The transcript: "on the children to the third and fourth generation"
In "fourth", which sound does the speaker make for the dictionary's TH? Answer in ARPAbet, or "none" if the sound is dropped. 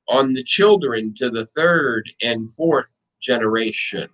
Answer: TH